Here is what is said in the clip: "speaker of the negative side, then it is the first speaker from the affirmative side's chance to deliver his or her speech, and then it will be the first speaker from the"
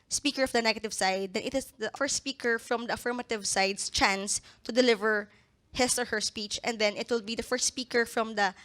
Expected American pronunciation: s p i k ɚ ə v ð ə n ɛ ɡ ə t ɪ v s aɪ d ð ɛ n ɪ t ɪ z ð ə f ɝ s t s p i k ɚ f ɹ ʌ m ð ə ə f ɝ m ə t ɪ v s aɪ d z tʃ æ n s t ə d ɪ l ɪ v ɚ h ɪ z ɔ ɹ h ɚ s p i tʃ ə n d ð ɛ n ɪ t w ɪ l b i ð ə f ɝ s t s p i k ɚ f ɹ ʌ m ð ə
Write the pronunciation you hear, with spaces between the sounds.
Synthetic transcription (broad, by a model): s p i k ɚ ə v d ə n ɛ ɡ ə t ɪ v s aɪ d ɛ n ɪ t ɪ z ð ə f ɝ s t s p i k ɚ f ɹ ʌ m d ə ə f ɝ m ə t ɪ v s aɪ d s tʃ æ n s t ə d ɪ l ɪ v ɚ h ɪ s ɔ ɹ h ɚ s p i tʃ ə n d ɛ n ɪ t w ɪ l b i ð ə f ɝ s t s p i k ɚ f ɹ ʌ m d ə